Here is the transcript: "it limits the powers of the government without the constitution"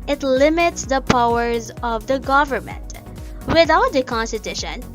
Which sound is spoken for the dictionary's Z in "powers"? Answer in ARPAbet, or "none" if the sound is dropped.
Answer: Z